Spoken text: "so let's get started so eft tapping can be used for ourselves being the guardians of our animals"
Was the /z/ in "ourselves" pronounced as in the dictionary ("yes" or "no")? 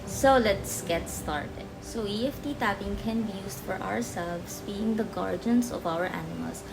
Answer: no